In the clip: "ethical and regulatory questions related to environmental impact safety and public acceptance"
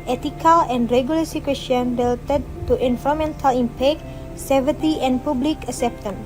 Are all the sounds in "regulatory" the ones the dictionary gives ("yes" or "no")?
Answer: no